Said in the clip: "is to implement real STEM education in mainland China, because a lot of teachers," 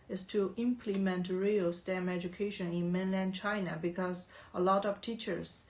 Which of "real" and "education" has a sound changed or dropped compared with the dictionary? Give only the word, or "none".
none